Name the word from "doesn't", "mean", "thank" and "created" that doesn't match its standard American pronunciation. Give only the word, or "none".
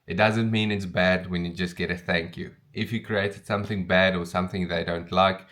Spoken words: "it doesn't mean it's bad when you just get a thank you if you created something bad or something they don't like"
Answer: none